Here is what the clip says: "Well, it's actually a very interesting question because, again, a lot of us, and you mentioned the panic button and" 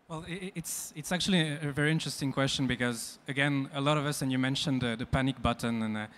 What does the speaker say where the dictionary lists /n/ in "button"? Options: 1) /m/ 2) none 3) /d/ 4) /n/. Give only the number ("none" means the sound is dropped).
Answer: 4